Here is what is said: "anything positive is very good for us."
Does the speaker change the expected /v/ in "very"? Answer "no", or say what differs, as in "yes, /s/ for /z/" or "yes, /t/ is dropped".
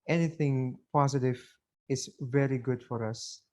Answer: no